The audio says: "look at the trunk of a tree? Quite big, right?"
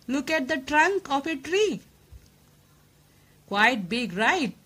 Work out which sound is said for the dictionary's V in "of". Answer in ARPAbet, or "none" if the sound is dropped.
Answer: P